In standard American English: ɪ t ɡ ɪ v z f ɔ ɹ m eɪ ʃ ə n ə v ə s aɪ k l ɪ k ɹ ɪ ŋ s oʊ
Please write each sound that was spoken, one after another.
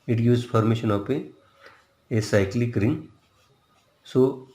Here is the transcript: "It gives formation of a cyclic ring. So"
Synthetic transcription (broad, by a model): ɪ t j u z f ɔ ɹ m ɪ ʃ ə n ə p ə s aɪ k l ɪ k ɹ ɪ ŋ s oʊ